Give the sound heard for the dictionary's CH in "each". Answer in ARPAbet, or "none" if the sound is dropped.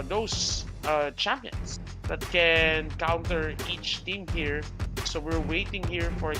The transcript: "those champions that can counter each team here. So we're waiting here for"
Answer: CH